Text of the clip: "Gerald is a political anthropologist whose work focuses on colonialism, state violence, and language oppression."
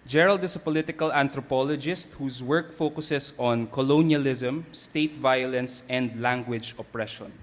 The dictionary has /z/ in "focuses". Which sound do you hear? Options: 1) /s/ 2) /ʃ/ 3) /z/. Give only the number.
1